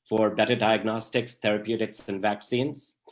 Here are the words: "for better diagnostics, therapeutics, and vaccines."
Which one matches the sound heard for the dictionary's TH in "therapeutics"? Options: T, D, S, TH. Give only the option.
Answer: T